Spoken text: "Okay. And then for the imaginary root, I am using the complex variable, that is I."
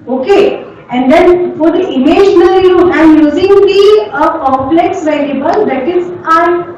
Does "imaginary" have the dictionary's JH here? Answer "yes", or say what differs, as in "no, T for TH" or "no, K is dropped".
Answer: no, SH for JH